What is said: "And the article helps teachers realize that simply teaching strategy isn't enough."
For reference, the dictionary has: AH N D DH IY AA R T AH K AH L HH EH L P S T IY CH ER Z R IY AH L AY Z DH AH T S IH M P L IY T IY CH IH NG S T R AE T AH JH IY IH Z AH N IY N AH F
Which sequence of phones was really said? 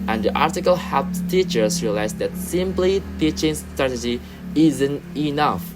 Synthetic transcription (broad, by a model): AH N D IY AA R T AH K AH L HH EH P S T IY CH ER S R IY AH L AY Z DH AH T S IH M P L IY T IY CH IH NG S T R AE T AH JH IY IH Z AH N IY N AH F